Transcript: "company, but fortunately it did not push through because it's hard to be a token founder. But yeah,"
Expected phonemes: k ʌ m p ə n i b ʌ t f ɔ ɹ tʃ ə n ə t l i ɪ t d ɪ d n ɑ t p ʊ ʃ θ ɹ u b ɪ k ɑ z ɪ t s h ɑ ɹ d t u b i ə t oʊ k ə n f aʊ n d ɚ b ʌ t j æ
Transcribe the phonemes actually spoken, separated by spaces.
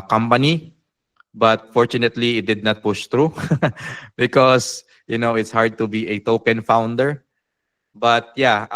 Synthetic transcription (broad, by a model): k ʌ m p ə n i b ʌ t f ɔ ɹ tʃ ə n ə t l i ɪ t d ɪ d n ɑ t p ʊ ʃ t ɹ u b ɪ k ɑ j ɪ t s h ɑ ɹ d t u b i ə t oʊ k ə n f aʊ n d ɚ b ʌ t j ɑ